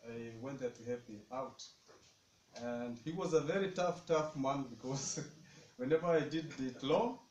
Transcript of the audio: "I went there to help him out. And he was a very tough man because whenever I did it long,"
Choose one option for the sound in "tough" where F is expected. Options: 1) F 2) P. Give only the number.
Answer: 1